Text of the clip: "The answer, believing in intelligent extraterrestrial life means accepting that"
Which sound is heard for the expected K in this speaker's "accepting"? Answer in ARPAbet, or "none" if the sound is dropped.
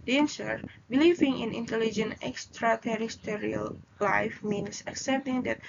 K